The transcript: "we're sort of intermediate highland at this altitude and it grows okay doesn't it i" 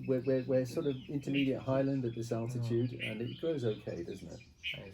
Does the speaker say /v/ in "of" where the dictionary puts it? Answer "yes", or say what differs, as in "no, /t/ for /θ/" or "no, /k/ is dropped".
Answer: yes